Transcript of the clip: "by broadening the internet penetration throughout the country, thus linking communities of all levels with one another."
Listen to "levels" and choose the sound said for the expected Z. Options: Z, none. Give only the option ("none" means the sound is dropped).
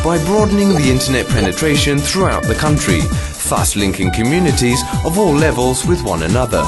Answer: Z